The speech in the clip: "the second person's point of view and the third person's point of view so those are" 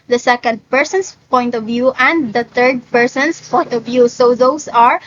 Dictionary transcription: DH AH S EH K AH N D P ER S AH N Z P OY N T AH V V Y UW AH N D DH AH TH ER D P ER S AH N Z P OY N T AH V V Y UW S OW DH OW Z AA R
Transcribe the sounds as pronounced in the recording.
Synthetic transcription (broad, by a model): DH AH S EH K AH N D P ER S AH N S P OY N T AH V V Y UW AH N D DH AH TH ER D P ER S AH N S P OY N T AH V V Y UW S OW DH OW S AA R